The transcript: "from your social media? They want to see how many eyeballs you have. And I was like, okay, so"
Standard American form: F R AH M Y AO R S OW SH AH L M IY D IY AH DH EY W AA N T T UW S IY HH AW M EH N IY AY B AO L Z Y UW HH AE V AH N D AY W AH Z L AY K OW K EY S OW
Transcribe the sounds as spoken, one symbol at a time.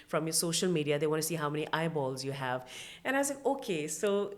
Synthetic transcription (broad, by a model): F R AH M Y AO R S OW SH AH L M IY D IY AH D EY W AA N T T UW S IY HH AW M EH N IY AY B AO L Z Y UW HH AE V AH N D AY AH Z L AY K OW K EY S OW